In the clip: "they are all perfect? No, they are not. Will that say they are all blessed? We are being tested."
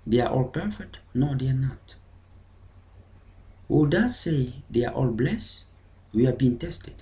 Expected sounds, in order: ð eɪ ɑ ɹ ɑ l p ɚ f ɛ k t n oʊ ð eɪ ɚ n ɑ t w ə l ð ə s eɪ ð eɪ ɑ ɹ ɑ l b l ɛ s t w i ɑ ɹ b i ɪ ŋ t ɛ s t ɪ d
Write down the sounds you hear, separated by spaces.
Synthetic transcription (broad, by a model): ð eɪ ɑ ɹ ɑ l p ɚ f ɛ k t n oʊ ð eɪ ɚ n ɑ t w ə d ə s eɪ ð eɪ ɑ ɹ ɑ l b l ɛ s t w i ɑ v b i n t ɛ s t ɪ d